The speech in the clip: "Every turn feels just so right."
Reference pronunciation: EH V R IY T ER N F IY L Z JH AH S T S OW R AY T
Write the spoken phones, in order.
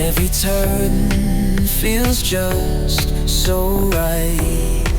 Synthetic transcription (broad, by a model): EH V R IY T ER N F IY L Z JH AH S T S OW R AY T